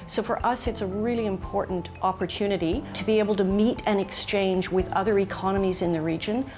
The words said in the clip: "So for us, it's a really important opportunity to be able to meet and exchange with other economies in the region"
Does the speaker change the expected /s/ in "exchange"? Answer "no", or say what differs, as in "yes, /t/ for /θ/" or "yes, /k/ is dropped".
no